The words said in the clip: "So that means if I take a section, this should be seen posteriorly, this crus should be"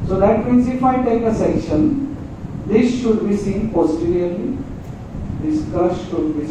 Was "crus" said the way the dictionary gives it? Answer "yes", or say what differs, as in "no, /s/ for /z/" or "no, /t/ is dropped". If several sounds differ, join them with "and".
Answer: no, /ɹ/ is dropped